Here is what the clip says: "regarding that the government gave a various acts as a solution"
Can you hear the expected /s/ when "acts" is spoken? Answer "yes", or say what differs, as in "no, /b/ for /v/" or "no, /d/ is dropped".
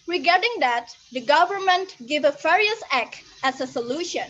no, /s/ is dropped